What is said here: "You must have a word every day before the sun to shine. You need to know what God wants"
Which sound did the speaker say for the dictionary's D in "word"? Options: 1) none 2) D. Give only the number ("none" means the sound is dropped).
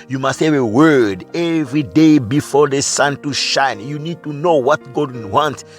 2